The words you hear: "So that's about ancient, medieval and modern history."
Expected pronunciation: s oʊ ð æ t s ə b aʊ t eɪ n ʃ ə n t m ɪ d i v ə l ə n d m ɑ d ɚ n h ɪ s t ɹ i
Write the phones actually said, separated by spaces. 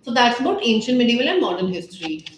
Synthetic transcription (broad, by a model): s oʊ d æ t s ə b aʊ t eɪ n ʃ ə n t m ɪ d i v ə l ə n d m ɑ d ɚ n h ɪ s t ɹ i